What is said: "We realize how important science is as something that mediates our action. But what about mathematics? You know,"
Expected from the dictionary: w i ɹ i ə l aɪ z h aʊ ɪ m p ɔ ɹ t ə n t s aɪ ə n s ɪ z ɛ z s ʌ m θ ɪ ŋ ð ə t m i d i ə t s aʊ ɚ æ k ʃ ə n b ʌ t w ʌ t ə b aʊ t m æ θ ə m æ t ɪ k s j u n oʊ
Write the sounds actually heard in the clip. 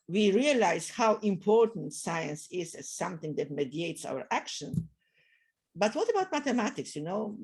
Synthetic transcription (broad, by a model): w i ɹ i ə l aɪ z h aʊ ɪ m p ɔ ɹ t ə n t s aɪ ə n s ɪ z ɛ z s ʌ m θ ɪ ŋ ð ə t m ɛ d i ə t s aʊ ɚ æ k ʃ ə n b ʌ t w ʌ t ə b aʊ t m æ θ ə m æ t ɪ k s j u n oʊ